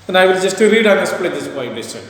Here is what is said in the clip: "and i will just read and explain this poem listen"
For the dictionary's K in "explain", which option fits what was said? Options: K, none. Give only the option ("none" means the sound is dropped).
none